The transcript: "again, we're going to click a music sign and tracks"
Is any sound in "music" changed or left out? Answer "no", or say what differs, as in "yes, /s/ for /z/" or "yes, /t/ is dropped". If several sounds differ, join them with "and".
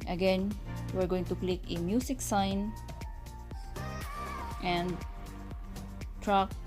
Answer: yes, /s/ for /z/